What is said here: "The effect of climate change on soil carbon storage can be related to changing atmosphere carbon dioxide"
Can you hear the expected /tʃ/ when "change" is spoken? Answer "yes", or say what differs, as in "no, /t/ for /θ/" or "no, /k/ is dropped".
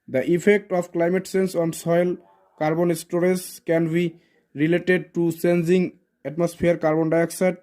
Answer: no, /s/ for /tʃ/